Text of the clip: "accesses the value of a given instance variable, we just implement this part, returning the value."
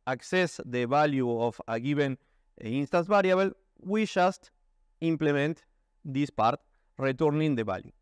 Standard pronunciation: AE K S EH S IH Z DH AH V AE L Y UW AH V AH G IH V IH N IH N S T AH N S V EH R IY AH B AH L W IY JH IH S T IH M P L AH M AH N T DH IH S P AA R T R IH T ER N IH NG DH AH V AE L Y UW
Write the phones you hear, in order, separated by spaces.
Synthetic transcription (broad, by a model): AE K S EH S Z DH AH B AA L Y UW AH F AH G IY B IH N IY N S T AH N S B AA R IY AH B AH L W IY SH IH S T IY M P L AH M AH N T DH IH S P AA R T R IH T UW N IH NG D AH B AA L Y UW